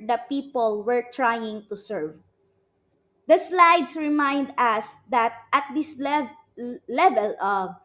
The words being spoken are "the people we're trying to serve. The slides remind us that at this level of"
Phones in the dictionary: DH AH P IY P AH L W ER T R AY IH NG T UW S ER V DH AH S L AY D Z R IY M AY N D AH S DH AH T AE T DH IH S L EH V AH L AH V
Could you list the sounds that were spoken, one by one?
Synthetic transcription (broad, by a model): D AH P IY P AH L W ER T R AY IH NG T UW S ER V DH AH S L AY D S R IY M AY N D AH S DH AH T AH T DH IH S L EH V AH L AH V